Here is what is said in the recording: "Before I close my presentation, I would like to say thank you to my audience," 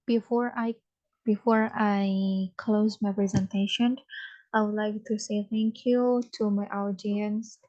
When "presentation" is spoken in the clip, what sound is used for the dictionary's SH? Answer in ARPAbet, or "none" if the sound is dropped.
SH